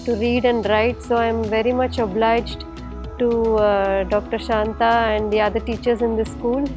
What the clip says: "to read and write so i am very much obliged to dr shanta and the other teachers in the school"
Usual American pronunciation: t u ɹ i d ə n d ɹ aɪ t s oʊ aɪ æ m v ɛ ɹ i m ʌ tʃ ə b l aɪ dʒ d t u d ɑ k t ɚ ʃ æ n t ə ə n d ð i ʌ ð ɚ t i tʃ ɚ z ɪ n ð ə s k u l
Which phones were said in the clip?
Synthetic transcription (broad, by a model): t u ɹ i d ə n d ɹ aɪ t s oʊ aɪ m v ɛ ɹ i m ʌ tʃ ə b l aɪ dʒ d t u d ɑ k t ɚ ʃ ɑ n t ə ə n d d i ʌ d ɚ t i tʃ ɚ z ɪ n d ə s k u l